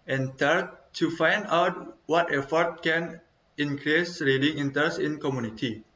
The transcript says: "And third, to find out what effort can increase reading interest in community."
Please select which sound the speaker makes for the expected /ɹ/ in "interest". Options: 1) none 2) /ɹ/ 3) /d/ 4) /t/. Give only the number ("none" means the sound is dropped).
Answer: 1